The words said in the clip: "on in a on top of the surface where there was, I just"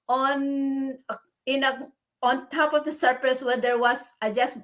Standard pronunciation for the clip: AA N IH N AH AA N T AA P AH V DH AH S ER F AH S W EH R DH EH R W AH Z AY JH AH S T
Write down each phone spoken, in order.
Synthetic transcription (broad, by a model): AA N IH N AH AA N T AA P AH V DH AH S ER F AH S W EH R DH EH R W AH S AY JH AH S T